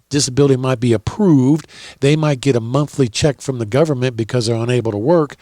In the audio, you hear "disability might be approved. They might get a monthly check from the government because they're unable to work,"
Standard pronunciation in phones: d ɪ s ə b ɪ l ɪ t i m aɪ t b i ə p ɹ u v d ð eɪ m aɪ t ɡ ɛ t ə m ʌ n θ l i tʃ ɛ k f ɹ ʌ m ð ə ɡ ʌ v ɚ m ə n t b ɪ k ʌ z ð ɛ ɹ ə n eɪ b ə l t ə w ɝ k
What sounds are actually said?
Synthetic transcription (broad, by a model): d ɪ s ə b ɪ l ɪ t i m aɪ t b i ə p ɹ u v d ð eɪ m aɪ t ɡ ɛ t ə m ʌ n θ l i tʃ ɛ k f ɹ ʌ m ð ə ɡ ʌ v ɚ m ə n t b ɪ k ʌ z ð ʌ ɹ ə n eɪ b l t ə w ɝ k